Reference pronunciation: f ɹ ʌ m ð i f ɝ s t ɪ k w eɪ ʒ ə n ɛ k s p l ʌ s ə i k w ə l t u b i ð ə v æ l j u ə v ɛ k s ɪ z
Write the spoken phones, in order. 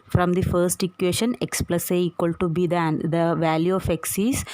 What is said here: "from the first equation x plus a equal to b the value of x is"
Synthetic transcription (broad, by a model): f ɹ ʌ m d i f ɝ s t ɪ k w eɪ ʃ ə n ɛ k s p l ʌ s ə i k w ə l t u b i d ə v æ l j u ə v ɛ k s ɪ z